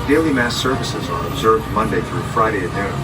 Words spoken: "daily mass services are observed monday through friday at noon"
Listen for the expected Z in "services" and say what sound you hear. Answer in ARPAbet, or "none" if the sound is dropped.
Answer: Z